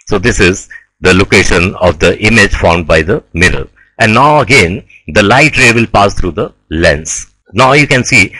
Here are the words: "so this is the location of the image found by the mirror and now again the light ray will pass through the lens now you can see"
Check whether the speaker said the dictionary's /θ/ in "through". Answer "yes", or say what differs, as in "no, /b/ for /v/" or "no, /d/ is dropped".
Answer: no, /t/ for /θ/